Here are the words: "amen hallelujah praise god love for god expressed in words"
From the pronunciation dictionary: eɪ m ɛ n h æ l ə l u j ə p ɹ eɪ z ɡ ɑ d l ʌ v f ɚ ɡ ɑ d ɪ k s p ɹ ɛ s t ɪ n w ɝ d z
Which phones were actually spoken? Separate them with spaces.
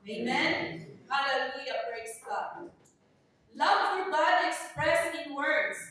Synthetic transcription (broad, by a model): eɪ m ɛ n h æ l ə l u j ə b ɹ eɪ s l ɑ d l ʌ v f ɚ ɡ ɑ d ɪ k s p ɹ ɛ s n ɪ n w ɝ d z